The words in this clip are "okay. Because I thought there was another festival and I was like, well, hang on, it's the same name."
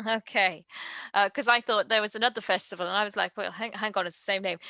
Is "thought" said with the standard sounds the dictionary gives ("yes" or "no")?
yes